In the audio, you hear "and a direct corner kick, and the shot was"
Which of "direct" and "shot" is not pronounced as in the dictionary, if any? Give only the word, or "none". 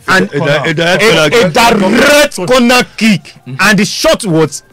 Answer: direct